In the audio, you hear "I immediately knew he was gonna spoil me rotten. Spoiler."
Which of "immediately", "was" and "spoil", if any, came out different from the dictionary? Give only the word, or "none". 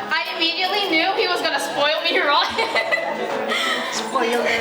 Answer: none